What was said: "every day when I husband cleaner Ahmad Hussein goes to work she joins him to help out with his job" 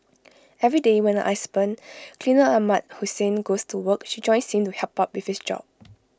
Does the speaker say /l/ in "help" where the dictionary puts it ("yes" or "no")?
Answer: no